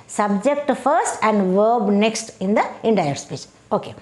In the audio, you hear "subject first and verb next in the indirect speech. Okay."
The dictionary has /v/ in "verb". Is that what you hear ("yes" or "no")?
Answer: yes